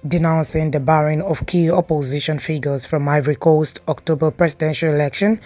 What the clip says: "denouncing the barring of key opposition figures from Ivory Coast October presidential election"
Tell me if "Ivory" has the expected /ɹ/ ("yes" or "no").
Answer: yes